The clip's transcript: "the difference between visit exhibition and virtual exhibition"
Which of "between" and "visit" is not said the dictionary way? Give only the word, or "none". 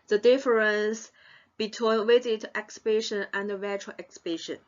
visit